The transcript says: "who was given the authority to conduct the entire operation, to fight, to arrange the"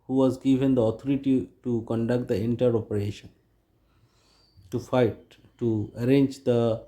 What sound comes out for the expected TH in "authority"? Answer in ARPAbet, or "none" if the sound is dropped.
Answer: T